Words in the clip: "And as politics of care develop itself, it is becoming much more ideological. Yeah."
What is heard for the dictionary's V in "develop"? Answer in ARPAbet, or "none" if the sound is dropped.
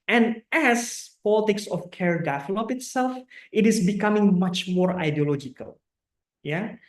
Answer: F